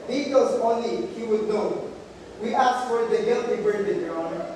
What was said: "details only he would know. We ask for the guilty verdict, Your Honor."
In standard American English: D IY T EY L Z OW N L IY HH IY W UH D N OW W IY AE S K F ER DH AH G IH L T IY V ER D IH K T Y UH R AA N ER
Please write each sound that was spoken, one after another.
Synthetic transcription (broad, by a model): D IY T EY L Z OW N L IY HH IY W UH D N OW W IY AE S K F ER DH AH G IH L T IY B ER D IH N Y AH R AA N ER